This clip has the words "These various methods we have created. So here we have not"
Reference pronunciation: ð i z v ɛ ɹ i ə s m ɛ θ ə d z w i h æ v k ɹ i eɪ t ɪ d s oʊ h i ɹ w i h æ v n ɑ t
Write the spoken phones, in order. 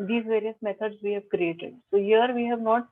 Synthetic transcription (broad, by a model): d i z v ɛ ɹ i ə s m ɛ t ə d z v i h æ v k ɹ i eɪ t ɪ d s oʊ h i ɹ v i h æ v n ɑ t